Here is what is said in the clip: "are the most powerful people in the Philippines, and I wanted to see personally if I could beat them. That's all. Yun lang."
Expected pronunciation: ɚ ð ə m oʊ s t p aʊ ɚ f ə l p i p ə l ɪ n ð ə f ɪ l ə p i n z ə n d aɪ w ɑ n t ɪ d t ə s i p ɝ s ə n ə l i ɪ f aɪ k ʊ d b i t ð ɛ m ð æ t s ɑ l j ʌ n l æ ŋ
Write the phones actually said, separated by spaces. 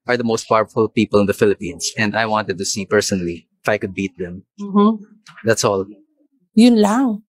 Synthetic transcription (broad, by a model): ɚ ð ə m oʊ s t p aʊ ɚ f ə l p i p ə l ɪ n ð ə f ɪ l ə p i n s ə n d aɪ w ɑ n t ɪ d t ə s i p ɝ s ə n ə l i ɪ f aɪ k ʊ d b i t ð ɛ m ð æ t s ɑ l j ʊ n l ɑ ŋ